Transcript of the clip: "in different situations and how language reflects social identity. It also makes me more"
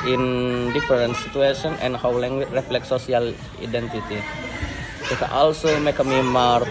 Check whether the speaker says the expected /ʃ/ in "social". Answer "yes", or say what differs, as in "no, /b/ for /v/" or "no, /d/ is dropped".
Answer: no, /ʃ/ is dropped